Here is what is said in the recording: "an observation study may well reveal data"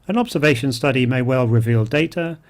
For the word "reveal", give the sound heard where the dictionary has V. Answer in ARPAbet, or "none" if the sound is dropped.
V